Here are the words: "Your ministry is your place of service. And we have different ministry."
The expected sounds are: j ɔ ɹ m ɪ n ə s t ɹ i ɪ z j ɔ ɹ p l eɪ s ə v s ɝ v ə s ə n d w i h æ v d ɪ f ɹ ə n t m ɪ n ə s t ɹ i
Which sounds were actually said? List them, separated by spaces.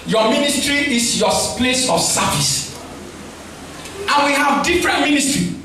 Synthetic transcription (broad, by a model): j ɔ m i n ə s t ɹ i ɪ s j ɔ p l eɪ s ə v s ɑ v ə s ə n w i h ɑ v d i f ɹ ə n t m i n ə s t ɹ i